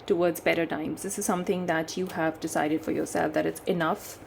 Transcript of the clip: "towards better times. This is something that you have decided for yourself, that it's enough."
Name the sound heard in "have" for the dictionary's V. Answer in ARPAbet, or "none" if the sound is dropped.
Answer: V